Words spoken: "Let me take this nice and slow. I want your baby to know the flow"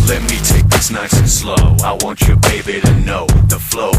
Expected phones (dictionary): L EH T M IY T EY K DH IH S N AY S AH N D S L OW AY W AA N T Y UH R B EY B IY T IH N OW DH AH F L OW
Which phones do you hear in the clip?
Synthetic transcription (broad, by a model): L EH T M IY T EY K DH IH S N AY S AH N S L OW AY W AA N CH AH R B EY B IY T IH N OW DH AH F L OW